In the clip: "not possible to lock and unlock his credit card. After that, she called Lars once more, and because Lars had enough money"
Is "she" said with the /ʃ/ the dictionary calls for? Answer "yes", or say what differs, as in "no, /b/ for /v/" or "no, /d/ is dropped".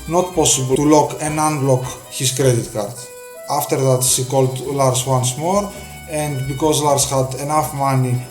no, /s/ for /ʃ/